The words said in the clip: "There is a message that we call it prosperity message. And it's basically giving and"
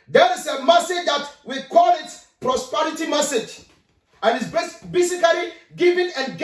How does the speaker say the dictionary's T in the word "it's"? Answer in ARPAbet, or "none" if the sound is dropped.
S